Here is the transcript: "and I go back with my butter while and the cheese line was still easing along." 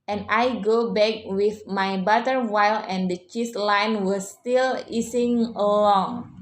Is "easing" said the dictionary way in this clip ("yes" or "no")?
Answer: no